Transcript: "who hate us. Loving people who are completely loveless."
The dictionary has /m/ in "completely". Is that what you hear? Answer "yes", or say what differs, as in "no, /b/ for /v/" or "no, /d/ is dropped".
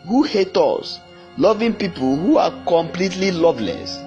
yes